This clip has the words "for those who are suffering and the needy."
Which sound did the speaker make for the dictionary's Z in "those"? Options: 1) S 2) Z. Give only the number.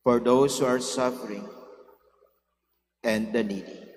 1